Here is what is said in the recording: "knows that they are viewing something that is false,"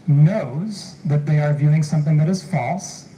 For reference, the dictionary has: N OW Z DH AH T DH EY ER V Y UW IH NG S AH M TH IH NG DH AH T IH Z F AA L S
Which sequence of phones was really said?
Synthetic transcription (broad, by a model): N OW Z DH AH T DH EY ER V Y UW IH NG S AH M TH IH NG DH AH T IH Z F AA L S